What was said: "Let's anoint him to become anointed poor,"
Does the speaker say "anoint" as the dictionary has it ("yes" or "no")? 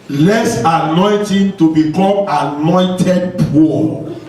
yes